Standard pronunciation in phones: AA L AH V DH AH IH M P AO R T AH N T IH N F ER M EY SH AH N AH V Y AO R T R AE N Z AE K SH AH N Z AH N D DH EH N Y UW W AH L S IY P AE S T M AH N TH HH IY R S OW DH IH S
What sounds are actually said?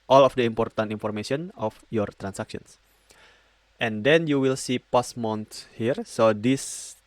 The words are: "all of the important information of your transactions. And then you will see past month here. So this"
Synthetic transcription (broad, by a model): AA L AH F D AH IH M P AO R T AH N T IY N F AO M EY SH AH N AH F Y AO R T R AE N S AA K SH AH N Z AH N D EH N Y UW W AH L S IY P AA S M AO N S HH IY R S OW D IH S